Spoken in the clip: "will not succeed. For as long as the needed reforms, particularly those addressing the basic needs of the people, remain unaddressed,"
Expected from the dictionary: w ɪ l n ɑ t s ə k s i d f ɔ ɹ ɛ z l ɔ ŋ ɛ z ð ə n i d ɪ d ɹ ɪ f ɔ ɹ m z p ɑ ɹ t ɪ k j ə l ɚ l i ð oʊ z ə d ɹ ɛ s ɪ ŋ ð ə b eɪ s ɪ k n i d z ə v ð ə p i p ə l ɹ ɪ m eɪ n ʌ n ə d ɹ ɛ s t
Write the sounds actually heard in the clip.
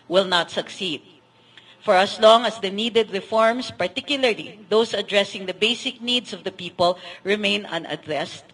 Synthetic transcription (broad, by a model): w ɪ l n ɑ t s ə k s i d f ɔ ɹ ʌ s l ɔ ŋ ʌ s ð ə n i d ɪ d ɹ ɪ f ɔ ɹ m s p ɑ ɹ t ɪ k j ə l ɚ l i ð oʊ s ə d ɹ ɛ s ɪ ŋ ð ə b eɪ s ɪ k n i d s ə v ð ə p i p ə l ɹ ɪ m eɪ n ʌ n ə d ɹ ɛ s t